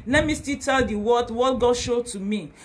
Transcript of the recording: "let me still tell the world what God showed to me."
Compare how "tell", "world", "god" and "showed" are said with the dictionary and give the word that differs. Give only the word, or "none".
world